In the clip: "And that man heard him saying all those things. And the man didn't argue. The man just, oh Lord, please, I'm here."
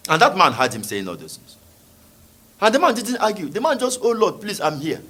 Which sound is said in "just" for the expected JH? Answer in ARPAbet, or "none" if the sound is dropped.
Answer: JH